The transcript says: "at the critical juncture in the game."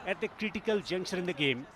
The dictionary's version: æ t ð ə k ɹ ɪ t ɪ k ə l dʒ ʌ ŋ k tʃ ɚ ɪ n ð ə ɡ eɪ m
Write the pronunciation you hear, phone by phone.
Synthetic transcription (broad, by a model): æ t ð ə k ɹ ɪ t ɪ k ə l dʒ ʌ ŋ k ʃ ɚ ɪ n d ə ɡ eɪ m